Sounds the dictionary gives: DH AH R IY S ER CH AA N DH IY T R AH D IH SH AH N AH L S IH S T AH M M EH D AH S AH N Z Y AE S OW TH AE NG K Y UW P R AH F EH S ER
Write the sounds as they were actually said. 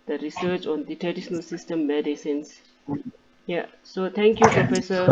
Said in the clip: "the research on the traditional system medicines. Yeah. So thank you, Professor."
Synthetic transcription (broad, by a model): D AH R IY S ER CH AA N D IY T R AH D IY SH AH N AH L S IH S T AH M M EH D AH S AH N S Y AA S OW T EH NG K Y UW P R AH F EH S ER